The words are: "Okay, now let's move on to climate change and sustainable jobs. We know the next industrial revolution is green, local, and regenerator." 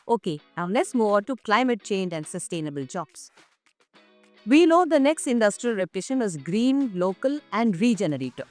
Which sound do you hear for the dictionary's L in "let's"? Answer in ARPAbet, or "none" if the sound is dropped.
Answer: N